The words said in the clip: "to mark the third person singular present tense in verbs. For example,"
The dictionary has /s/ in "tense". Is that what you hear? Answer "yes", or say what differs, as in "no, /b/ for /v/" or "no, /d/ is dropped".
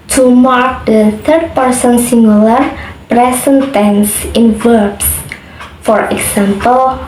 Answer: yes